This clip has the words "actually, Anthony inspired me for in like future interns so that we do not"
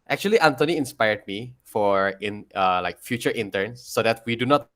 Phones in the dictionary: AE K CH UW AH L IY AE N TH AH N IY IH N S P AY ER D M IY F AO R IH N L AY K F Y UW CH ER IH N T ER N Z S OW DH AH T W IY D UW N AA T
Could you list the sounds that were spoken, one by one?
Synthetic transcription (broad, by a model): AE K CH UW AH L IY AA N T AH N IY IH N S P AY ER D M IY F AO R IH N L AY K F Y UW CH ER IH N T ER N S OW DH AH T W IY D UW N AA T